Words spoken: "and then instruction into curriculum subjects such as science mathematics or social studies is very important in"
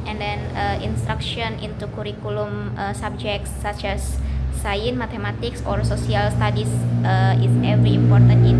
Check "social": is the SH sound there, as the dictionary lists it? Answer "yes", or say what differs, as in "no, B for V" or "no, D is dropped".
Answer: no, S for SH